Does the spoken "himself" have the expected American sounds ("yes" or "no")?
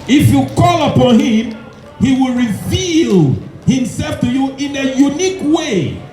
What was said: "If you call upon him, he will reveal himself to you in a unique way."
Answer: yes